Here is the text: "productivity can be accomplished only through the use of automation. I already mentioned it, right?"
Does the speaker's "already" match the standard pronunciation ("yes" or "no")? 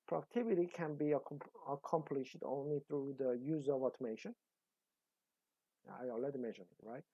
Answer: no